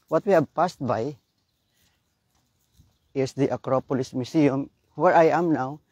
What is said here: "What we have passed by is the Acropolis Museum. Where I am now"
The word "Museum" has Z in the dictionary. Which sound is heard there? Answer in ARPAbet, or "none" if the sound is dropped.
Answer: S